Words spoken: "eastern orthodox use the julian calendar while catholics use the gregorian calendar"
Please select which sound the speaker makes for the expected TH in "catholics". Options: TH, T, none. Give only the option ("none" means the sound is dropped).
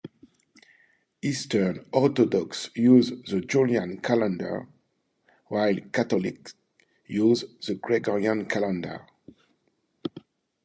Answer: T